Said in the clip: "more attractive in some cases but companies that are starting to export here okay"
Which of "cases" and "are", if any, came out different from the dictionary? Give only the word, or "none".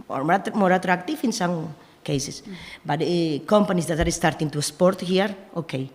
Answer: cases